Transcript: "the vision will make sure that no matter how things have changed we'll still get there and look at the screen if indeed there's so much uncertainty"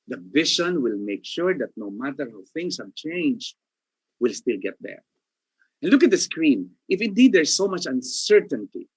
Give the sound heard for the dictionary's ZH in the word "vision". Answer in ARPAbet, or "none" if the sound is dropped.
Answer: SH